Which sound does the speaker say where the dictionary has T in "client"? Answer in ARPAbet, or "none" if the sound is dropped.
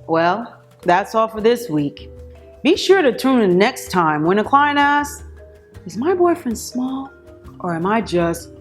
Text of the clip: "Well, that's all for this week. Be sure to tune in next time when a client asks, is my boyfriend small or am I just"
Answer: none